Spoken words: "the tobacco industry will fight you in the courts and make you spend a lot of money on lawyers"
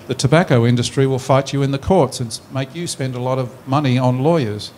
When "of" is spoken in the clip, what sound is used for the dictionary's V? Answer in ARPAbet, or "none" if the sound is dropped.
V